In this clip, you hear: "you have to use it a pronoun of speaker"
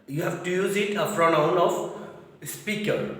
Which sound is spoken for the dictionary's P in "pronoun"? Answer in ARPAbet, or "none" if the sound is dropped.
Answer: F